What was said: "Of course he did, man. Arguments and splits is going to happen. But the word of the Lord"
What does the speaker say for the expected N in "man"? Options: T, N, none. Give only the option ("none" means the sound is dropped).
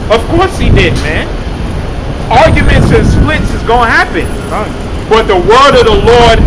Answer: N